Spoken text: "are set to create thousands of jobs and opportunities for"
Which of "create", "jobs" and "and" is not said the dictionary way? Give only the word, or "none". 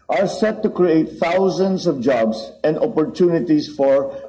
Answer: jobs